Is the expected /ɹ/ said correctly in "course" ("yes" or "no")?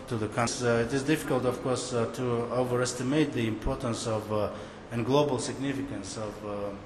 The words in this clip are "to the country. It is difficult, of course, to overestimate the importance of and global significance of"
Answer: yes